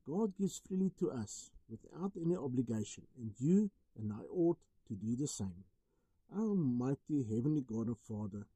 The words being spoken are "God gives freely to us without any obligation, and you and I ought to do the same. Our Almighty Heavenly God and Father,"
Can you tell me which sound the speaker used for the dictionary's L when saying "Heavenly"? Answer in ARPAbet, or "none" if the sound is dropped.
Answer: L